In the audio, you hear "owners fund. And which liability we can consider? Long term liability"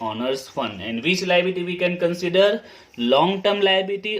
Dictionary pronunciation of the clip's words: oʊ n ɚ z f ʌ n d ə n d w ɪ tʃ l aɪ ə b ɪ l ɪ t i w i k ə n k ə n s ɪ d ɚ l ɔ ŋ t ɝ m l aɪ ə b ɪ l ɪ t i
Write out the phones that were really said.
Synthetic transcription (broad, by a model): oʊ n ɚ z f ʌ n ə n d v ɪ tʃ l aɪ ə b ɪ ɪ t i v i k ə n k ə n s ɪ d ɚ l ɔ ŋ t ɝ m l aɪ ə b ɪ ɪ t i